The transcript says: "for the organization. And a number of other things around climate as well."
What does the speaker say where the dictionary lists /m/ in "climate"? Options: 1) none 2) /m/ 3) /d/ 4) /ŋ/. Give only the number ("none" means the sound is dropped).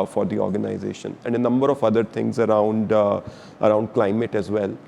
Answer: 2